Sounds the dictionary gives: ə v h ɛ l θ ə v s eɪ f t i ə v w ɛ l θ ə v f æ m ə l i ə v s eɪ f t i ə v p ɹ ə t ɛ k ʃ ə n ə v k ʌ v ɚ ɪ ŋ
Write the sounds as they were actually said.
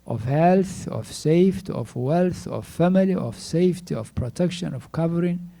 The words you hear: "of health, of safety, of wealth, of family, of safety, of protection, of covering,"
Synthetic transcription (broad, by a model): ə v h ɛ l θ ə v s eɪ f t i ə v w ɛ l θ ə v f æ m ə l i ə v s eɪ f t i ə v p ɹ ə t ɛ k ʃ ə n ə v k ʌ v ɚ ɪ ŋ